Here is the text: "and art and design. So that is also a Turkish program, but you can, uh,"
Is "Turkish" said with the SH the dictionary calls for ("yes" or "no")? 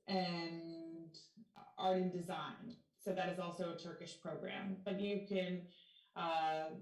yes